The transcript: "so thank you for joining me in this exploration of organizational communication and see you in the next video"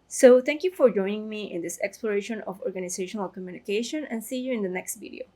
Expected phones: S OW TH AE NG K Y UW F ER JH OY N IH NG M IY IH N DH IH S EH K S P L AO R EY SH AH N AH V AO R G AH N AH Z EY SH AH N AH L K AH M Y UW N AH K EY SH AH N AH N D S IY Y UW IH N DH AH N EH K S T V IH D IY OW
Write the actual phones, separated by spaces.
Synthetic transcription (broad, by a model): S OW T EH NG K Y UW F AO JH OY N IH NG M IY IH N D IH S EH K S P L AO R EY SH AH N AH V AO R G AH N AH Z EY SH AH N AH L K AH M Y UW N AH K EY SH AH N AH N S IY Y UW IH N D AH N EH K S T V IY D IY OW